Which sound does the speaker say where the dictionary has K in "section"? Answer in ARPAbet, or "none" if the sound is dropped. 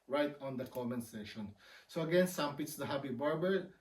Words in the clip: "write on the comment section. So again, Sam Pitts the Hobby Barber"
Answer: none